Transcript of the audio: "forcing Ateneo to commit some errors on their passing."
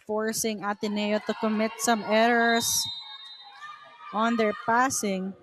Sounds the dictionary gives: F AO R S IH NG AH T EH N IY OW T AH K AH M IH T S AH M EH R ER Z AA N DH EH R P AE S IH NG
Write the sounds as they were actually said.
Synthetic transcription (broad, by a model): F AO R S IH NG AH T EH N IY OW T AH K AH M IH T S AH M EH R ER S AA N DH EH R P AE S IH NG